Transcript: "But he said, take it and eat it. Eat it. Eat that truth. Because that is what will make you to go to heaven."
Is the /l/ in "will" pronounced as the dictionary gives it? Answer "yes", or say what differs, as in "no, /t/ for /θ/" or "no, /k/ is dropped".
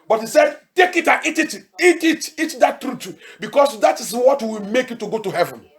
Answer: no, /w/ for /l/